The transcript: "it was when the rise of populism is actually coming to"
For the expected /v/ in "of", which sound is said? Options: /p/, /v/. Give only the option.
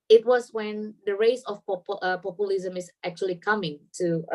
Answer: /p/